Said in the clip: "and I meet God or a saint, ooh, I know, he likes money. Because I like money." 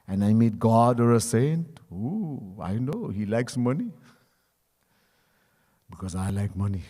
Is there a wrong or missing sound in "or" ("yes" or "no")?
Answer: no